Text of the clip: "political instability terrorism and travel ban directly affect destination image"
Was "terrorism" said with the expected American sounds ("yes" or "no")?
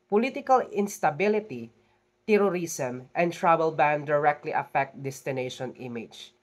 no